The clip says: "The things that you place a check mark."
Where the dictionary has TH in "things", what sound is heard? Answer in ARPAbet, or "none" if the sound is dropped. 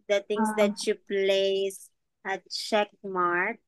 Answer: T